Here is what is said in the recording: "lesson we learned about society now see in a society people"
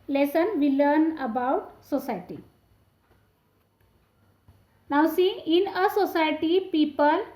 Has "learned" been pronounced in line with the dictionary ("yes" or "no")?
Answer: no